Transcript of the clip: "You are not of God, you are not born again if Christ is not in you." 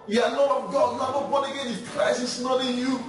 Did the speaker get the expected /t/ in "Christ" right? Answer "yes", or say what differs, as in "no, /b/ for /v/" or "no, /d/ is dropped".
no, /t/ is dropped